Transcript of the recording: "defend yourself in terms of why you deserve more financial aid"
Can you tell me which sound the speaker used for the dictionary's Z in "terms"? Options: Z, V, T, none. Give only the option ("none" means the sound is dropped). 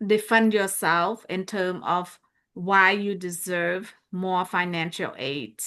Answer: none